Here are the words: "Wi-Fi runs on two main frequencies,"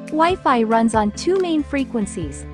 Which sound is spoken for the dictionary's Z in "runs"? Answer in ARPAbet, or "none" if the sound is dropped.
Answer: Z